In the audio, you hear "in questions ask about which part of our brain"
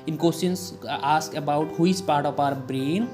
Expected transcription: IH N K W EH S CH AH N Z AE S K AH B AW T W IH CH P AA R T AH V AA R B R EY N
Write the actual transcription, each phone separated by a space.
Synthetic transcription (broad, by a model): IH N K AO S AH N S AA S K AH B AW T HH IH S P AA R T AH P AA R B R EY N